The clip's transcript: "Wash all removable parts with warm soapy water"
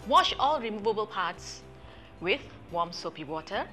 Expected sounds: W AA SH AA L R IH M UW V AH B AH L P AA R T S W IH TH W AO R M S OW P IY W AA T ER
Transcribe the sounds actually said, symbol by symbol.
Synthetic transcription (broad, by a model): W AA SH AA L R IH M UW V AH B AH L P AA T S W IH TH W AO M S OW P IY W AA T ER